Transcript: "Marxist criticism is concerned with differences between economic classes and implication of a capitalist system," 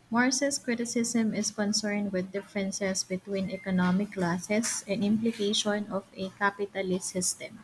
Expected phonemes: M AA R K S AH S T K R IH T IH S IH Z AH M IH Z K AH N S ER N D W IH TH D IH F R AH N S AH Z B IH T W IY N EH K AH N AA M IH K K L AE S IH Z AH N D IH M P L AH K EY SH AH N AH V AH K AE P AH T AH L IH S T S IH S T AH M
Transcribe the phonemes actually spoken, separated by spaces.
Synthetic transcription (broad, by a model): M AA R S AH S K R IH T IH S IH S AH M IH S K AH N S ER N D W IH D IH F R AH N S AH S B IH T W IY N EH K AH N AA M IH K K L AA S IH S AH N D IH M P L AH K EY SH AH N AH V AH K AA P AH T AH L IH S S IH S T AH M